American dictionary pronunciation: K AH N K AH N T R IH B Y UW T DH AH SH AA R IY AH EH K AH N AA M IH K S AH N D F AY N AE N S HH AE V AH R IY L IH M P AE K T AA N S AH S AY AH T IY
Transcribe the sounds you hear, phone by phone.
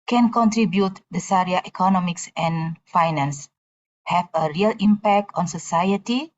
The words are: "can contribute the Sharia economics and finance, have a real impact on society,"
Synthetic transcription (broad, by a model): K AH N K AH N T R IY B Y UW T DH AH S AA R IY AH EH K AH N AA M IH K S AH N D F AY N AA N S HH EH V AH R IY L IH M P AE K T AA N S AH S AY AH T IY